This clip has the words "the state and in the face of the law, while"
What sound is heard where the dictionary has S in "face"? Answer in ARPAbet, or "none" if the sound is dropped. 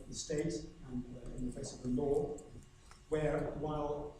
S